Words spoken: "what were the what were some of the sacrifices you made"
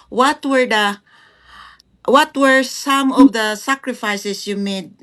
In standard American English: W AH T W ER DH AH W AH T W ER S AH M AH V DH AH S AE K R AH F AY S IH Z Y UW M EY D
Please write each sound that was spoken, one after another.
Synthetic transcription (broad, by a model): W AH T W ER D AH W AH T W ER S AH M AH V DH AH S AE K R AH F AY S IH S Y UW M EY D